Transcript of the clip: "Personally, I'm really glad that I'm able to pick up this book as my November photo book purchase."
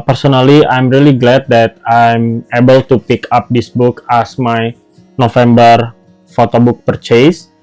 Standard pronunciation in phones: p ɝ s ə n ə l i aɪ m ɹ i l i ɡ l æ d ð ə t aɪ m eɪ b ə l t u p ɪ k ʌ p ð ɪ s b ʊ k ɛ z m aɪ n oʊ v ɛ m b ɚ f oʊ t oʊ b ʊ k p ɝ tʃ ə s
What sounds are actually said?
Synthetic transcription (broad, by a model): p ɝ s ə n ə l i aɪ m ɹ i l i ɡ l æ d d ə t aɪ m eɪ b ə l t u p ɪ k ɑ p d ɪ s b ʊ k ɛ s m aɪ n oʊ f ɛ m b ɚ f oʊ t oʊ b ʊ k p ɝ tʃ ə s